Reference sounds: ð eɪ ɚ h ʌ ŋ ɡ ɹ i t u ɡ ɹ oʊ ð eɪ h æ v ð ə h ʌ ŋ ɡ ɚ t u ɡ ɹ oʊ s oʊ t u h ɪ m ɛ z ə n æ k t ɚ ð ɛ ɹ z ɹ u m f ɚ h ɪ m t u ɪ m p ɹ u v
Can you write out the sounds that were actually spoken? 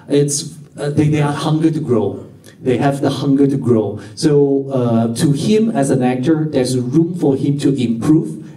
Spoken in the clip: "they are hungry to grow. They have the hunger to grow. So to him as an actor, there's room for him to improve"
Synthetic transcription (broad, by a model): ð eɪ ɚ h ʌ ŋ ɡ i t u ɡ ɹ oʊ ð eɪ h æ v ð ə h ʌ ŋ ɡ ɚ t u ɡ ɹ oʊ s oʊ t u h ɪ m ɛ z ə n æ k t ɚ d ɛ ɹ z ɹ u m f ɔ h ɪ m t u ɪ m p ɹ u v